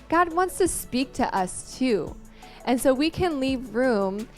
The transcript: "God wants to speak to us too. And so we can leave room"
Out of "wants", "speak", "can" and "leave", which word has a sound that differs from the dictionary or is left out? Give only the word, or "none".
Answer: none